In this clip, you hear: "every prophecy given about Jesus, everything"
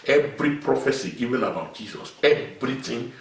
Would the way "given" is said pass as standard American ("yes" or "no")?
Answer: no